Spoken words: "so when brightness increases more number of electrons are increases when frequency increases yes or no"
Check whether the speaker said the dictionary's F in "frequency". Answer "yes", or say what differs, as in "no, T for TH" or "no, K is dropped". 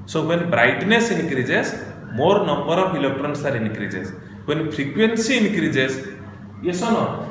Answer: no, P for F